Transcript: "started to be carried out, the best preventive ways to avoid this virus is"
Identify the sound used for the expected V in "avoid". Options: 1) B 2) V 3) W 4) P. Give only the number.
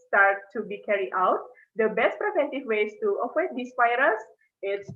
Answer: 3